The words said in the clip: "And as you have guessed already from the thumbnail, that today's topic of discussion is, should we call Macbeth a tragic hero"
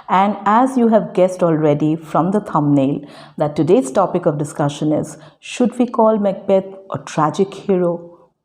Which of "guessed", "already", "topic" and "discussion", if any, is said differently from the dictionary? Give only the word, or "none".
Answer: none